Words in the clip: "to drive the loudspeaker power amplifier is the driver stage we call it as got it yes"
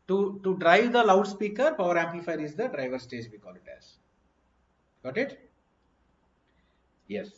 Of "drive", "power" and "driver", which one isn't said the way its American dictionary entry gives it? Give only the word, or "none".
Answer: none